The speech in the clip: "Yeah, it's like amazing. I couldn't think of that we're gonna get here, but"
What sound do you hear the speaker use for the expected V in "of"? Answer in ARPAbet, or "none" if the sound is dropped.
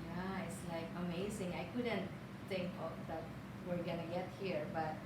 P